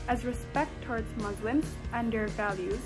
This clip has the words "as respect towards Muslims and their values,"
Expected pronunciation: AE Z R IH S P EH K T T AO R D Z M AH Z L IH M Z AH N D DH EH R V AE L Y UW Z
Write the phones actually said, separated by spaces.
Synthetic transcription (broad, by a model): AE Z R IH S P EH K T T AO R D Z M AH Z L IH M Z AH N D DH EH R V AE L Y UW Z